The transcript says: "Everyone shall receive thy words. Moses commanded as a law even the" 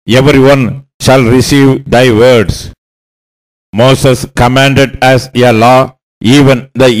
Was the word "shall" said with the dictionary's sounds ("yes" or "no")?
yes